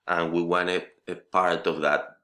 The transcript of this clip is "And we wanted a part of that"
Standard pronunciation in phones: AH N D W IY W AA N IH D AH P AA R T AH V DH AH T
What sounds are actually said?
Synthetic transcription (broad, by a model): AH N W IY W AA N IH AH P AA R T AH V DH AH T